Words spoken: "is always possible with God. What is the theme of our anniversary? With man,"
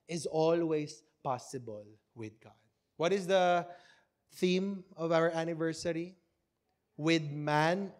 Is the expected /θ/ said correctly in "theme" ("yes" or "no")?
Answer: yes